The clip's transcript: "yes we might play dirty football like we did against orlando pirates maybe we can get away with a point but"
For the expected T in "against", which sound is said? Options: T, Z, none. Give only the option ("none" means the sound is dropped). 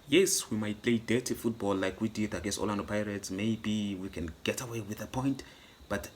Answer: none